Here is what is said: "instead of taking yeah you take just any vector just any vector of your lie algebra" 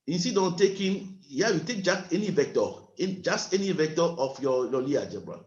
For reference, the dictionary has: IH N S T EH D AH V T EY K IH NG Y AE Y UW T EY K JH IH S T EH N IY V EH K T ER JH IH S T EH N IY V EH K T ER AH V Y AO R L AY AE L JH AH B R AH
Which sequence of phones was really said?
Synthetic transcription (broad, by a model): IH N S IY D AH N T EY K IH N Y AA Y UW T EY K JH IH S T EH N IY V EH K T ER JH IH S T EH N IY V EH K T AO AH F Y AO L L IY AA JH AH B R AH